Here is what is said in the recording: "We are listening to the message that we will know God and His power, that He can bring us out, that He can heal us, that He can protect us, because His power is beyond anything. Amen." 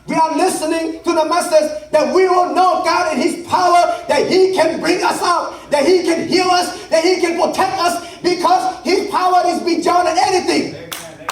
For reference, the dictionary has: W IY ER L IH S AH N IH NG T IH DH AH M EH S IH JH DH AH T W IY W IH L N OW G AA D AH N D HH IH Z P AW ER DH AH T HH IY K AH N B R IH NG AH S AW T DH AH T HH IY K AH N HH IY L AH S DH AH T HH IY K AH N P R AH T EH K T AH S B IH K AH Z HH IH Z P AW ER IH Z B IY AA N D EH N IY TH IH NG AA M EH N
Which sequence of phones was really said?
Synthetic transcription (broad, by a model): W IY ER L IH S AH N IH NG T IH DH AH M EH S IH JH DH AH T W IY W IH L N OW G AA D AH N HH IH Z P AW ER DH AH T HH IY K AH N B R IH NG AH S AW T DH AH T HH IY K AH N HH IY L AH S DH AH T HH IY K AH N P R AH T EH K T AH S B IH K AH Z HH IH Z P AW ER IH Z B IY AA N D EH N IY TH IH NG